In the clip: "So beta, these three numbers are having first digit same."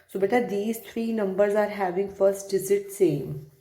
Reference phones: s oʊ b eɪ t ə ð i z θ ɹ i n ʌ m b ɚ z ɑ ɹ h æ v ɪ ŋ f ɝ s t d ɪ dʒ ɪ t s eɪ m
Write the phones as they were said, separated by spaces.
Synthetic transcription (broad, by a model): s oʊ b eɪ t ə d i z t ɹ i n ʌ m b ɚ z ɑ ɹ h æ v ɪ ŋ f ɝ s t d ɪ z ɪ t s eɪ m